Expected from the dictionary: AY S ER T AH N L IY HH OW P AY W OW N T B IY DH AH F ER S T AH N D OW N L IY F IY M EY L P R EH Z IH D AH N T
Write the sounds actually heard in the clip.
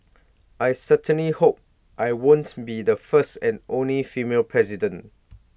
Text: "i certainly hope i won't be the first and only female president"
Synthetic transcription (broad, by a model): AY S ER T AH N L IY HH OW P AY W OW N T B IY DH AH F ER S T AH N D OW N L IY F IY M EY L P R EH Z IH D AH N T